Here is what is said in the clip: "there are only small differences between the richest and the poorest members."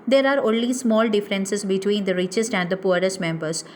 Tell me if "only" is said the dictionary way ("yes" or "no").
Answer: yes